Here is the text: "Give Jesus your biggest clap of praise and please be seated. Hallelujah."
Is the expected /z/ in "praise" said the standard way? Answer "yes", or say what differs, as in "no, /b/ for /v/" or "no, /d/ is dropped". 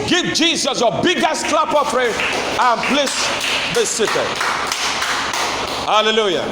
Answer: no, /z/ is dropped